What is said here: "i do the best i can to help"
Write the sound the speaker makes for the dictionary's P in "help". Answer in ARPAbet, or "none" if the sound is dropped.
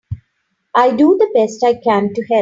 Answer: none